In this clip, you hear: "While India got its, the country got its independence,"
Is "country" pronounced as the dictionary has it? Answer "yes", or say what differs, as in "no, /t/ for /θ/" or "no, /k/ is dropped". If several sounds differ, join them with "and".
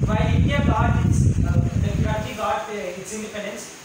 no, /n/ is dropped